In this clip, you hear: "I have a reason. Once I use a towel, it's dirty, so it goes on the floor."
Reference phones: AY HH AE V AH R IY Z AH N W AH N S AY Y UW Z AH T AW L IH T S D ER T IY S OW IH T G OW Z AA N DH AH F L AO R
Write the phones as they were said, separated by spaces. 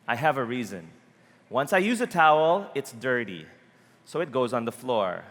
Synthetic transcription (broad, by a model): AY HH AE V AH R IY Z AH N W AH N S AY Y UW Z AH T AW L IH T S D ER T IY S OW IH T G OW Z N DH AH F L AO R